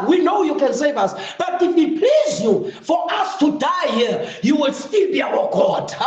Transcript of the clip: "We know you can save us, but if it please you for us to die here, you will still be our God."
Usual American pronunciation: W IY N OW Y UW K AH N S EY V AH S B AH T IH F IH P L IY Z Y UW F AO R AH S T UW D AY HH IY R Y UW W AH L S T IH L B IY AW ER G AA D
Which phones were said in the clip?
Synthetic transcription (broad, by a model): W IY N OW Y UW K AH N S EY V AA S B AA T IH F IH P L IY Z Y UW F AO R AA S T UW D AY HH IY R Y UW W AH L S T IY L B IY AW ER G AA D